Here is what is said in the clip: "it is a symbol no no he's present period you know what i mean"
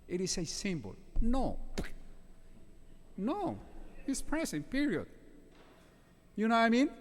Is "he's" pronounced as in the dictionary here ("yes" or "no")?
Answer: no